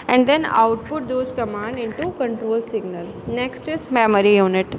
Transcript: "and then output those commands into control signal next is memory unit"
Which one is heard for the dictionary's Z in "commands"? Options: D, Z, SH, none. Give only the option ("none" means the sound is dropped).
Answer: none